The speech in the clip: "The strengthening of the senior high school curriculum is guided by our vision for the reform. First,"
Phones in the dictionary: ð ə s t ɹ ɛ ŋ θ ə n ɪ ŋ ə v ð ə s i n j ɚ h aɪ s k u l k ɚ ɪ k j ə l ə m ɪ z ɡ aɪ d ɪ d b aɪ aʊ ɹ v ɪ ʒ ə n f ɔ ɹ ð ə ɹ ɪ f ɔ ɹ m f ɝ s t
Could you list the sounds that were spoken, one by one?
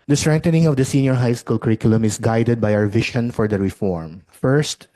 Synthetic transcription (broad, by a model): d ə s t ɹ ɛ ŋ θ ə n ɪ ŋ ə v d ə s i n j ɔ h aɪ s k u l k ɚ ɪ k j ə l ə m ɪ s ɡ aɪ d ɪ d b aɪ aʊ ɹ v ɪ ʃ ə n f ɔ ɹ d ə ɹ ɪ f ɔ ɹ m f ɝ s t